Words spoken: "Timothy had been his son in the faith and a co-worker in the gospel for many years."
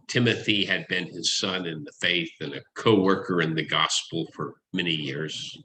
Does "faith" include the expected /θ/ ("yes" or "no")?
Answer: yes